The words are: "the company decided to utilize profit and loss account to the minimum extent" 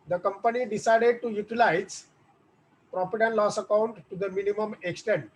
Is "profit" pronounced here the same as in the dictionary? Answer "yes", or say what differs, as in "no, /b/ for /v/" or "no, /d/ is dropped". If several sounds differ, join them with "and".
no, /p/ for /f/